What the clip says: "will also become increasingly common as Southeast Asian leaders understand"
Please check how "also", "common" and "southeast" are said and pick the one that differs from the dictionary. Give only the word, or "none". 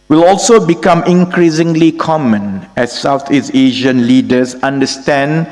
southeast